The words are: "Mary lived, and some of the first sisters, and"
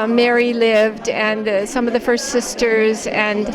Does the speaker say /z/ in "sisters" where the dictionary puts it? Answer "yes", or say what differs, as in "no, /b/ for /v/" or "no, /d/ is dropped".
yes